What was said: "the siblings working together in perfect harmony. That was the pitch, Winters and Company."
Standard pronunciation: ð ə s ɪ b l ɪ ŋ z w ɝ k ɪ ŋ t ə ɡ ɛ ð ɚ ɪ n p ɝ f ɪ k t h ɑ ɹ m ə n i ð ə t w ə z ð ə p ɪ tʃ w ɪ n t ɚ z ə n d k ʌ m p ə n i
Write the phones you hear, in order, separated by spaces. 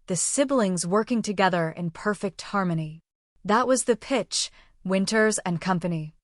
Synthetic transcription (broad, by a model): ð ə s ɪ b l ɪ ŋ z w ɝ k ɪ ŋ t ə ɡ ɛ ð ɚ ɪ n p ɝ f ɪ k t h ɑ ɹ m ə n i ð ə t w ə z ð ə p ɪ tʃ w ɪ n t ɚ z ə n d k ʌ m p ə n i